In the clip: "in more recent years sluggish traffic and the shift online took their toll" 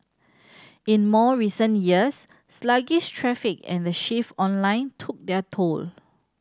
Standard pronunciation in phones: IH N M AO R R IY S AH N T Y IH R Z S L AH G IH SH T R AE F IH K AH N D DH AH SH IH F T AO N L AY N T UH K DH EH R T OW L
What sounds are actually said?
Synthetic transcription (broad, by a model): IH N M AO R R IY S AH N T Y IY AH S L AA G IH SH T R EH F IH K AH N D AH SH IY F AO N L AY N T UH K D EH T OW L